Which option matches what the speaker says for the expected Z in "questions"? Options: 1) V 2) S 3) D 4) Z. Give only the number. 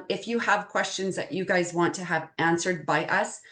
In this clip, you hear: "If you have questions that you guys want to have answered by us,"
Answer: 4